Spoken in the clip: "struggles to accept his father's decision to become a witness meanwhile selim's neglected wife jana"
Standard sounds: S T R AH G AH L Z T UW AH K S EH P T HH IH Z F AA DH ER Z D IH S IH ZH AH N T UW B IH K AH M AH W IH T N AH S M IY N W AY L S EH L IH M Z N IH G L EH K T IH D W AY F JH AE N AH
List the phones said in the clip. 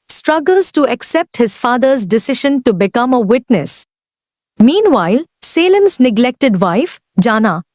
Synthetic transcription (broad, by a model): S T R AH G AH L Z T UW AH K S EH P T HH IH Z F AA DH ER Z D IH S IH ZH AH N T UW B IH K AH M AH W IH T N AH S M IY N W AY L S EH L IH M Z N IH G L EH K T IH D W AY F JH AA N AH